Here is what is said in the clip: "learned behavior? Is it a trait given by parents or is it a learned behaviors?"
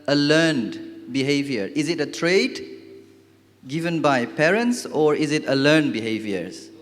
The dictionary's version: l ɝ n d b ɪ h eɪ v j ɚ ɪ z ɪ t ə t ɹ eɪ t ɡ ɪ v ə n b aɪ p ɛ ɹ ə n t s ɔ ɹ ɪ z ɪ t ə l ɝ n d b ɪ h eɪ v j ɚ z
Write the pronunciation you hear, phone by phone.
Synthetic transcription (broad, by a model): l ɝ n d b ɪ h eɪ v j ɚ ɪ z ɪ t ə t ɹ eɪ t ɡ ɪ v ə n b aɪ p ɛ ɹ ə n t s ɔ ɹ ɪ z ɪ t ə l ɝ n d b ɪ h eɪ v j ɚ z